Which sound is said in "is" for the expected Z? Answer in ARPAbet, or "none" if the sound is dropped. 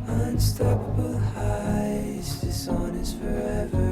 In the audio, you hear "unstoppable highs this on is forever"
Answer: S